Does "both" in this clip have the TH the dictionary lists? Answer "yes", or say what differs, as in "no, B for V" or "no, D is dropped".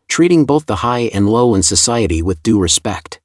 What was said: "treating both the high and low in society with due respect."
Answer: yes